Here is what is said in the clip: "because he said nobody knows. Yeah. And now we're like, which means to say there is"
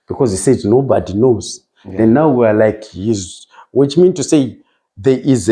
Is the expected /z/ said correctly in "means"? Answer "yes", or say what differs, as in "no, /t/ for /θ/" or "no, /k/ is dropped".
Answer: no, /z/ is dropped